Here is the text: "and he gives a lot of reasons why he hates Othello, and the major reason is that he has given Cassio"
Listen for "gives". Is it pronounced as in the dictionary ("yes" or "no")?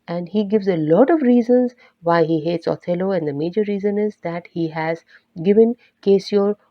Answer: yes